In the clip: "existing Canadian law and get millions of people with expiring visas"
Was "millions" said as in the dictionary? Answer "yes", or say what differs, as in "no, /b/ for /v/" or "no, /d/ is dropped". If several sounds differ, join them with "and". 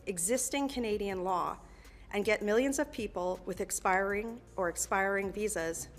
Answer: yes